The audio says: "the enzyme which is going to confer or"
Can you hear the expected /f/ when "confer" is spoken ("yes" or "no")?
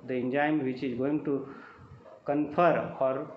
no